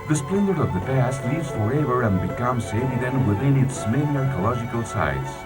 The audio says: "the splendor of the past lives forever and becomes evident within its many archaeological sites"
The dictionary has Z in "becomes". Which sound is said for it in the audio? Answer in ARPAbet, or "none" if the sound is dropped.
S